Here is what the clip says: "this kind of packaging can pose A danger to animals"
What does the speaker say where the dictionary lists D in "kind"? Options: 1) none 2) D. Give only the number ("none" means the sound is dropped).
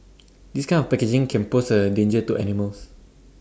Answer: 1